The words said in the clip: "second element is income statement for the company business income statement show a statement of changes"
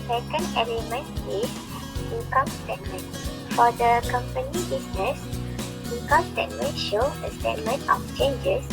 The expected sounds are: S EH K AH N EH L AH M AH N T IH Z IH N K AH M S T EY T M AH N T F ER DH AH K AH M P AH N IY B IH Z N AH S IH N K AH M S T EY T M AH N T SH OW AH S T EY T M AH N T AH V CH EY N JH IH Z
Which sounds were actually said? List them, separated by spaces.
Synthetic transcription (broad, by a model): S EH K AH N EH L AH M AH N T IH S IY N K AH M S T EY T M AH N F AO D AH K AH M P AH N IY B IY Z N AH S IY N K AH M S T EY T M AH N SH OW AH S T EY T M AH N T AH F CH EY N JH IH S